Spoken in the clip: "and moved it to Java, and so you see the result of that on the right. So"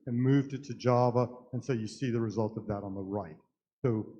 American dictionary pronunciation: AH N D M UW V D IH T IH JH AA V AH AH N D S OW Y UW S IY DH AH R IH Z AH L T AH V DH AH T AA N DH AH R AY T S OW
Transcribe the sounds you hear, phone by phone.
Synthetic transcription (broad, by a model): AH N M UW V D IH T IH JH AA V AH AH N S OW Y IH S IY DH AH R IH Z AH L T AH V DH AH T N DH AH R AY T S OW